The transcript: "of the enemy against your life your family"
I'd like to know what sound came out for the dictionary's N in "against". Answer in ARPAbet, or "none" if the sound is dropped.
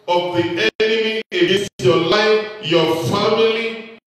none